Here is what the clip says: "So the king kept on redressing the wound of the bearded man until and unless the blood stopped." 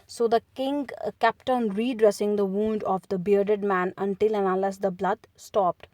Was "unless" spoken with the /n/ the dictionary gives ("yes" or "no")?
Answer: no